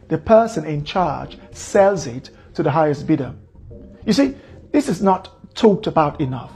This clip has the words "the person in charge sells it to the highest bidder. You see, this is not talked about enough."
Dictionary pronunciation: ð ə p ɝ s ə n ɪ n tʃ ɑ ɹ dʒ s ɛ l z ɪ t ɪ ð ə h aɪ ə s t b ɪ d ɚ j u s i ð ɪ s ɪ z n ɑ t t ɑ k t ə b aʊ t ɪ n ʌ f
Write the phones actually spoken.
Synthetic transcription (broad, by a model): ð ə p ɝ s ə n ɪ n tʃ ɑ ɹ dʒ s ɛ l z ɪ t ɪ ð ə h aɪ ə s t b ɪ d ɚ j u s i ð ɪ s ɪ z n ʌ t t ɑ k t ə b aʊ t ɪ n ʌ f